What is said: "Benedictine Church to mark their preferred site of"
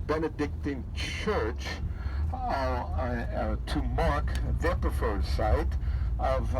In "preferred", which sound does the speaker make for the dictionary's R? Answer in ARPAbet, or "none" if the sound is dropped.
none